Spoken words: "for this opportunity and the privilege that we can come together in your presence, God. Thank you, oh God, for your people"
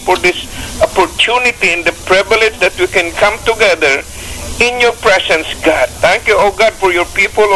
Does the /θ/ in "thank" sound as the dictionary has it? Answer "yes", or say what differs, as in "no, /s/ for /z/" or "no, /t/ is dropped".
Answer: no, /t/ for /θ/